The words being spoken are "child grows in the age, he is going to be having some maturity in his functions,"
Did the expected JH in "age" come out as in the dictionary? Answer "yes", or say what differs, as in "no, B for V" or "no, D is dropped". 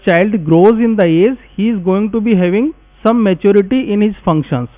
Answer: no, Z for JH